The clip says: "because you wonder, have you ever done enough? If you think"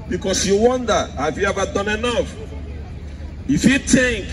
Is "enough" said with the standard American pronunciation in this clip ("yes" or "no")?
yes